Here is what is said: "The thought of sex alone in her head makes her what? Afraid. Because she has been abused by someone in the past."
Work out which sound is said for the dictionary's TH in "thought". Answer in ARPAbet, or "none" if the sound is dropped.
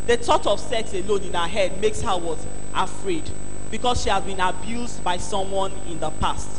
T